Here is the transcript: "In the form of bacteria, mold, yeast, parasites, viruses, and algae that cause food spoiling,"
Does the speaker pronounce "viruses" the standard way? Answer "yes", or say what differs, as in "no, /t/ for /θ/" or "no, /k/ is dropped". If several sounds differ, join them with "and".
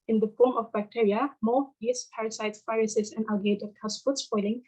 no, /f/ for /v/